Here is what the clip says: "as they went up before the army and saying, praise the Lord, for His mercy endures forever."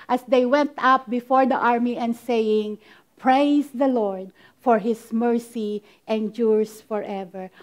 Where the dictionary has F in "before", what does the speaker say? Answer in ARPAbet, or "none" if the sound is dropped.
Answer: F